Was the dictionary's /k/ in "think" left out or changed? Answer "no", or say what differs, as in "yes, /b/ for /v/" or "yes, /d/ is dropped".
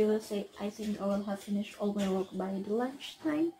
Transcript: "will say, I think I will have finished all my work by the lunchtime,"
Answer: no